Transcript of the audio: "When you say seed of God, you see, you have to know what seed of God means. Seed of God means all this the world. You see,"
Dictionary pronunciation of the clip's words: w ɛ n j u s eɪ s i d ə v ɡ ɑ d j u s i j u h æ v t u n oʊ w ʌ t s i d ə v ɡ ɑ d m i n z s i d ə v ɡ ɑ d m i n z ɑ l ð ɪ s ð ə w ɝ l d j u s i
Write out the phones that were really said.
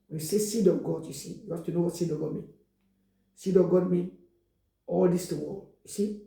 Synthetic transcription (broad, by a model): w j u s eɪ s i d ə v ɡ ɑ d j u s i j u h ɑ f t u n oʊ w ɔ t s i d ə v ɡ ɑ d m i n s i d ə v ɡ ɑ d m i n ɑ l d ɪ s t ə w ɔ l j u s i